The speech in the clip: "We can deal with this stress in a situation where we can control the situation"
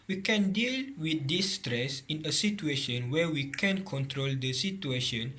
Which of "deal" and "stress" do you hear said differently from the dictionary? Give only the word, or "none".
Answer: none